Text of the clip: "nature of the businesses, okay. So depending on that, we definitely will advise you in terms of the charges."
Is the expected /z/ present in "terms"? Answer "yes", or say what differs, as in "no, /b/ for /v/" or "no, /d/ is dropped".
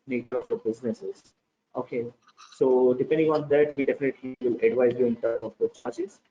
no, /z/ is dropped